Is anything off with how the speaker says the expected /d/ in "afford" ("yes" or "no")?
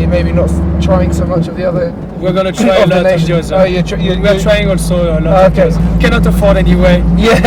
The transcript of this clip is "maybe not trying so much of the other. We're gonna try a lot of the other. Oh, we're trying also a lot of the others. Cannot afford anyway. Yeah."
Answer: no